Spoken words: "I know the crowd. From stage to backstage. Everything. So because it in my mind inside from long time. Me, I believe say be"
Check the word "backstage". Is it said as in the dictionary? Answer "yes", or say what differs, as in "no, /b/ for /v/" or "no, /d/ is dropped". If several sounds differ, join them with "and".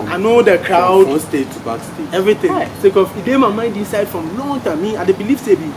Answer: no, /dʒ/ is dropped